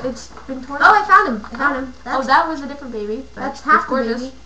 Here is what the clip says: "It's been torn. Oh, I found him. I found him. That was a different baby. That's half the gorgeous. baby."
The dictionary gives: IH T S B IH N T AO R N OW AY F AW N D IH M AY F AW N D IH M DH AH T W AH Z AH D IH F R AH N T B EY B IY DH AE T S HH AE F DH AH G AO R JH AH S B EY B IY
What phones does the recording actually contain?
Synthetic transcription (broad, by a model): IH T S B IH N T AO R OW AY F AW N D IH M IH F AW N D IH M DH AH T W AH Z AH D IH F R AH N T B EY B IY DH AE T S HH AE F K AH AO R AH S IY